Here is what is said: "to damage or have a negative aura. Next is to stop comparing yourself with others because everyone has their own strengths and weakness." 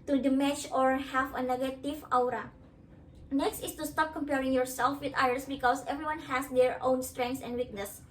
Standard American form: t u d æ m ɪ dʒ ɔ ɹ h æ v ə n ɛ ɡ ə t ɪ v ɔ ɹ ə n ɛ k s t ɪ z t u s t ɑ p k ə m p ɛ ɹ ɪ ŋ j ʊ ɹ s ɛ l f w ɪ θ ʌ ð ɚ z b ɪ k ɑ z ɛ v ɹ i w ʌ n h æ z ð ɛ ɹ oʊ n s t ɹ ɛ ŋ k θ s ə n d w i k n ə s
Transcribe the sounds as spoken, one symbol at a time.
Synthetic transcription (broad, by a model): t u d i m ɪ tʃ ɔ ɹ h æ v ə n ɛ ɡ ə t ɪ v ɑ ɹ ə n ɛ k s t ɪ s t u s t ɑ p k ə m p ɛ ɹ ɪ ŋ j ʊ ɹ s ɛ l f w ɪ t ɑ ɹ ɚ s b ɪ k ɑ s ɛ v ɹ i w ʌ n h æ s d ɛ ɹ oʊ n s t ɹ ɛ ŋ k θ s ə n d w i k n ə s